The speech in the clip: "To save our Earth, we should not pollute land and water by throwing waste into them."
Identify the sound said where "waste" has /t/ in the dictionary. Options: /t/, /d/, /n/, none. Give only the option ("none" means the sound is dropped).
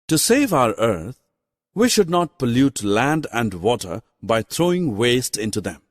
/t/